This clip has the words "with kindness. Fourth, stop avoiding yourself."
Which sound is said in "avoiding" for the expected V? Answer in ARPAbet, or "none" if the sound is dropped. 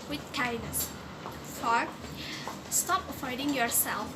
F